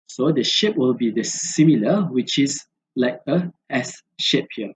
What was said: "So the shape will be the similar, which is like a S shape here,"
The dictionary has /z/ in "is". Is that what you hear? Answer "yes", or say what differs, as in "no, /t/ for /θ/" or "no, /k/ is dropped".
no, /s/ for /z/